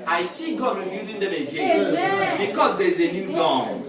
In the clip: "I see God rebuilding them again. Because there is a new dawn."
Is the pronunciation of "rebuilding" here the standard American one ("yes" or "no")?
no